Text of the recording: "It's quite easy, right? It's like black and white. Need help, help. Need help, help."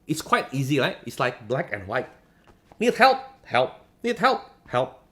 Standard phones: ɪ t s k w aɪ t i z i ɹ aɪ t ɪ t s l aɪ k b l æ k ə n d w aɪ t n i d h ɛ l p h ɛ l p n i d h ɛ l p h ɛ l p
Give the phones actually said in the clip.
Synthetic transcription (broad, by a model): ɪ t s k w aɪ t i z i l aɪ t ɪ t s l aɪ k b l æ k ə n w aɪ t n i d h ɛ l p h ɛ l p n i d h ɛ l p h ɛ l p